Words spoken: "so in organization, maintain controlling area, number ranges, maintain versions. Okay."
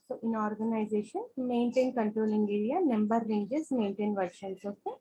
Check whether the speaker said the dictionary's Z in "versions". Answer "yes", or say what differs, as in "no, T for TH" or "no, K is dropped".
no, S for Z